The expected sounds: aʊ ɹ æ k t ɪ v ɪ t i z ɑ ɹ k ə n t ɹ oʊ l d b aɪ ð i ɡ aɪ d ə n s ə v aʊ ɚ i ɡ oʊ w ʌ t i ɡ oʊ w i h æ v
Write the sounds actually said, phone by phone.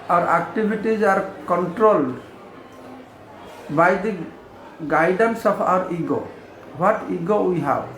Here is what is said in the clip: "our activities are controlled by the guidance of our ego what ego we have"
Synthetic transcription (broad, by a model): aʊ ɹ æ k t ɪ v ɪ t i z ɑ ɹ k ə n t ɹ oʊ l d b aɪ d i ɡ aɪ d ə n s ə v aʊ ɚ i ɡ oʊ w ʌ t i ɡ oʊ w i h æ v